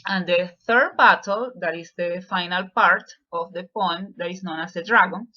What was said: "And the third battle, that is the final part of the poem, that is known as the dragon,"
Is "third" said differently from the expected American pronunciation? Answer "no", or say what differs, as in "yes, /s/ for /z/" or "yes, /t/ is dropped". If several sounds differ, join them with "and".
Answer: no